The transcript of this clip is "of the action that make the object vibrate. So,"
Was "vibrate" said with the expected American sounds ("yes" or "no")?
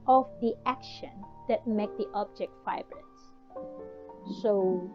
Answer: no